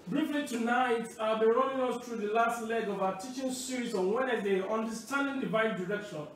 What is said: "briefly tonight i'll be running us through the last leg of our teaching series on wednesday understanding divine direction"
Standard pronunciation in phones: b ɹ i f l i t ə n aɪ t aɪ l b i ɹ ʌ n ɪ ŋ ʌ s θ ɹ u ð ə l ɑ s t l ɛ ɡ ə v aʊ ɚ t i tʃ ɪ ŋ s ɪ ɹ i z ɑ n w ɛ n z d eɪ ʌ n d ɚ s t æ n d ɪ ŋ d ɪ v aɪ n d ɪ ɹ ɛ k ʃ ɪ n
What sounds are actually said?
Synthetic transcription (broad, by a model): b ɹ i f l i t ə n aɪ t aɪ l b i ɹ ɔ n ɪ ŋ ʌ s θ ɹ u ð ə l ɑ s t l ɛ ɡ ə v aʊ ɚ t i tʃ ɪ ŋ s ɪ ɹ i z ɑ n w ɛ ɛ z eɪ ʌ n d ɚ s t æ n d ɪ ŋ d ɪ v aɪ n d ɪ ɹ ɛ k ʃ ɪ n